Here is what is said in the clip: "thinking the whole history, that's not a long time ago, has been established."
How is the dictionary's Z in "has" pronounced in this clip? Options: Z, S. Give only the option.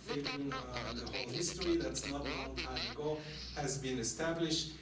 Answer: Z